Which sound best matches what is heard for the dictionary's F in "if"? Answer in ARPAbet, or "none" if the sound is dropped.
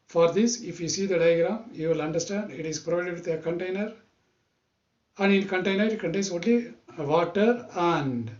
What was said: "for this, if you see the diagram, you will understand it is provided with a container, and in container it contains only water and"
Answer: F